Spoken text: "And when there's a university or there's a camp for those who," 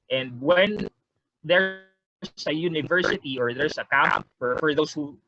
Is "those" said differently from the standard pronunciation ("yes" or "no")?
yes